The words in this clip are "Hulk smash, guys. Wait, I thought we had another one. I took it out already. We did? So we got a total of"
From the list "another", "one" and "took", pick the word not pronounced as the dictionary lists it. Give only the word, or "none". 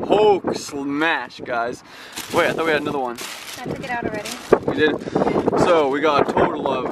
took